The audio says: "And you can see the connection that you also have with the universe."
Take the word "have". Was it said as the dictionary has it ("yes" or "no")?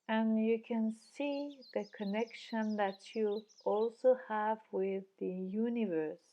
yes